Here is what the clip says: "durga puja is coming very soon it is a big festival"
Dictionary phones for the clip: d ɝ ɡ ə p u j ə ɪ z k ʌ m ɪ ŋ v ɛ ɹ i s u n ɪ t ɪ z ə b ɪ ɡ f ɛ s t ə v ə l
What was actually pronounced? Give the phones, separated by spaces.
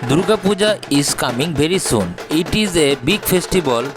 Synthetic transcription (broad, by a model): d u ɡ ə p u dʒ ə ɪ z k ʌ m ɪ ŋ b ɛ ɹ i s u n ɪ t ɪ z ə b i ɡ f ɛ s t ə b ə l